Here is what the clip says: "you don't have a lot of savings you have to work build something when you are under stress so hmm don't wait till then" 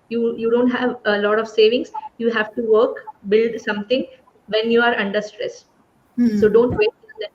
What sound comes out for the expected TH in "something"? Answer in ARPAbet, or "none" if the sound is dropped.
T